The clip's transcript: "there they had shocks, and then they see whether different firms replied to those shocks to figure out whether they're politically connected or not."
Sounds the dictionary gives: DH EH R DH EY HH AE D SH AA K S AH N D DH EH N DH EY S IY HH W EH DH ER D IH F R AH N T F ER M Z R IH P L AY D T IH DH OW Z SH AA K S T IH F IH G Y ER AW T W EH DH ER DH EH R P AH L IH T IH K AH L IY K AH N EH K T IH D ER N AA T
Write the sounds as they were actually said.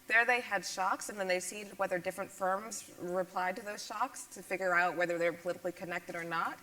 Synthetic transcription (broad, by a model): DH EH R DH EY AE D SH AA K S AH N DH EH N DH EY S IY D W EH DH ER D IH F R AH N T F ER M Z R IH P L AY D T IH DH OW Z SH AA K S T IH F IH G Y ER AW T W EH DH ER DH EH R P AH L IH T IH K L IY K AH N EH K T IH D ER N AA T